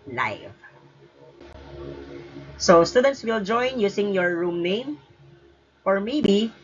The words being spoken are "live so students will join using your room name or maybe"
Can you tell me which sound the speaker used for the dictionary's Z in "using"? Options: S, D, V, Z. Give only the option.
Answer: S